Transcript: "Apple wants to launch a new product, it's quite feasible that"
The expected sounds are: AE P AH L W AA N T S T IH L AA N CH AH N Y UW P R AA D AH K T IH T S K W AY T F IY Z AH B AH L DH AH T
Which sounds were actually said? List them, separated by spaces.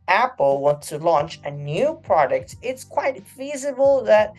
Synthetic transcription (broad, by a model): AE P L W AA N T S T IH L AA N CH AH N Y UW P R AA D AH K T IH T S K W AY T F IY Z AH B AH L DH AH T